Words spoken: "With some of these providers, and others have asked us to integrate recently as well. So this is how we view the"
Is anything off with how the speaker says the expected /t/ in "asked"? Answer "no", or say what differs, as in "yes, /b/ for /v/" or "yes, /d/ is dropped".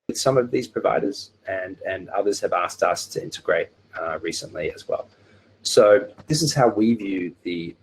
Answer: no